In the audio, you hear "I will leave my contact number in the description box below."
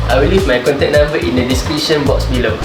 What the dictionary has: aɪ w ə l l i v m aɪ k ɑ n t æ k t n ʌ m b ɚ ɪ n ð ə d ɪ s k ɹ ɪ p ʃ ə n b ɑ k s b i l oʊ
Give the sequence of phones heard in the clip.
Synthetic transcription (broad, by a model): aɪ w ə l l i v m aɪ k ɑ n t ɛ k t n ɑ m b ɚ ɪ n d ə d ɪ s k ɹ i ʃ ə n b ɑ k s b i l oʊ